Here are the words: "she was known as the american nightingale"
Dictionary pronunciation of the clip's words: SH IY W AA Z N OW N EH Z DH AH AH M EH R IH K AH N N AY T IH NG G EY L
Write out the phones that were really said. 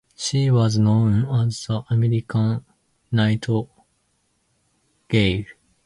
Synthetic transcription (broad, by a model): SH IY W AA Z N OW N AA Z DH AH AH M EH R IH K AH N N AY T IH G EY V